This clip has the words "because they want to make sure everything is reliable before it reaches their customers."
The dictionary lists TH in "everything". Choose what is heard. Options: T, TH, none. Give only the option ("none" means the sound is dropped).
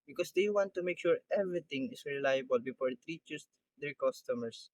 T